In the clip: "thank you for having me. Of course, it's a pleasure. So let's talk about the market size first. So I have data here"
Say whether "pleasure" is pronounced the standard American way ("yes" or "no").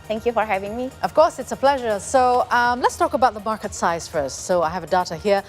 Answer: yes